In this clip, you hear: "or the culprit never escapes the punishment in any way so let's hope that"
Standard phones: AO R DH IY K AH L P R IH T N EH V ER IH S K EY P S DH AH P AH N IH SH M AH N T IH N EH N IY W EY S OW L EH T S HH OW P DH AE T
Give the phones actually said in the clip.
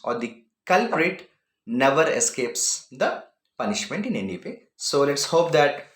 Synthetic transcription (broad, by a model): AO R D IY K AH L P R IH T N EH V ER IH S K EY P S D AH P AH N IH SH M AH N T IH N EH N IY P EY S OW L EH T S HH OW P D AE T